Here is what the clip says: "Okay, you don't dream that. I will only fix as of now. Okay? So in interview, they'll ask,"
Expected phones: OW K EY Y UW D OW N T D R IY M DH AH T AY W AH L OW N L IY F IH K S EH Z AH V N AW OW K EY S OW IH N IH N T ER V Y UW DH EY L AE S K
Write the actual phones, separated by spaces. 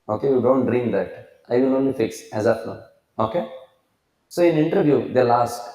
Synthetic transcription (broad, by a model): OW K EY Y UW D OW N T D R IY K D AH T AY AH N OW N L IY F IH K S EH Z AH P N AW OW K EY S OW IH N IH N T ER V Y UW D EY L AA S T